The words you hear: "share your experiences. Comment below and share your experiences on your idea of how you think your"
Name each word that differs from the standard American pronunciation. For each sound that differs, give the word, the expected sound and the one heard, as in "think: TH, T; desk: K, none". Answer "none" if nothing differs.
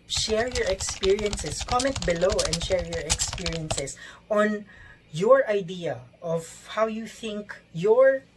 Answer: experiences: Z, S; experiences: Z, S